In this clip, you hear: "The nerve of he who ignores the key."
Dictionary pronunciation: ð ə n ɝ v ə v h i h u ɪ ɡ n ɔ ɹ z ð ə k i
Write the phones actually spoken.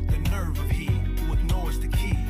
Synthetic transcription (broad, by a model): ð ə n ɝ v ə v h i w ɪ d n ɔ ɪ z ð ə k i